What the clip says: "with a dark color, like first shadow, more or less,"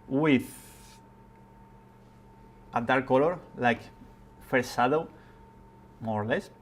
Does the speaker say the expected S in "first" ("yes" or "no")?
no